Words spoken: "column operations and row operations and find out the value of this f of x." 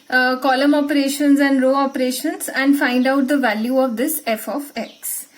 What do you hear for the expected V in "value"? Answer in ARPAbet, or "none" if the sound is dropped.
V